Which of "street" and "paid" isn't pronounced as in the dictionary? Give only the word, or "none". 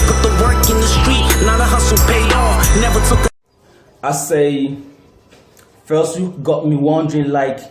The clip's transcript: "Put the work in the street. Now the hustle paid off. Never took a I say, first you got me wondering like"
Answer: paid